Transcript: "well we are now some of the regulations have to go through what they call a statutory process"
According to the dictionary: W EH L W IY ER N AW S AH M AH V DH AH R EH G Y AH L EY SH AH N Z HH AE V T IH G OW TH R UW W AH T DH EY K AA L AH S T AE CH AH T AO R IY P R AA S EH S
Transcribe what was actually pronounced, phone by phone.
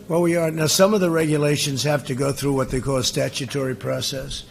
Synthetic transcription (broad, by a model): W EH L W IY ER N AW S AH M AH V DH AH R EH G Y AH L EY SH AH N Z HH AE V T IH G OW TH R UW W AH T DH EY K AA L S T AE CH AH T AO R IY P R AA S EH S